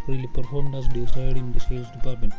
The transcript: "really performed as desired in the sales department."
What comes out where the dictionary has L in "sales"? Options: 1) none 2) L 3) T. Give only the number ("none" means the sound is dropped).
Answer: 1